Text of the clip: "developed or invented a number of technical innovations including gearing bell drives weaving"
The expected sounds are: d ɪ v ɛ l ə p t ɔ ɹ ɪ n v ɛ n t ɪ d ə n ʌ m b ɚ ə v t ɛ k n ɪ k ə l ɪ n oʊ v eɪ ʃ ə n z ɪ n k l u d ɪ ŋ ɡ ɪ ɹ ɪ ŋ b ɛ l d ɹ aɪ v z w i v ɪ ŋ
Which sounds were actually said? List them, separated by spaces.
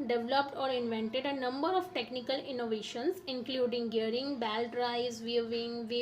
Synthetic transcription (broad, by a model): d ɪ v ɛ l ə p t ɔ ɹ ɪ n v ɛ n t ɪ d ə n ʌ m b ɚ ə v t ɛ k n ɪ k ə l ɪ n oʊ v eɪ ʃ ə n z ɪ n k l u d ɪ ŋ ɡ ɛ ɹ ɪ ŋ b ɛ l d ɹ aɪ z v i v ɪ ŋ